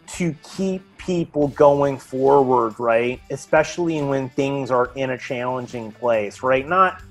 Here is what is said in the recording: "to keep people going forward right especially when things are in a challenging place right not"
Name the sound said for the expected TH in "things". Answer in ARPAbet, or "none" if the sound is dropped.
TH